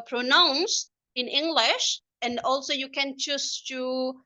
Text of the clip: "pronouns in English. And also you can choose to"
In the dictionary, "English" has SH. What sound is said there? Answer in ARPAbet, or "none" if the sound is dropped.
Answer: SH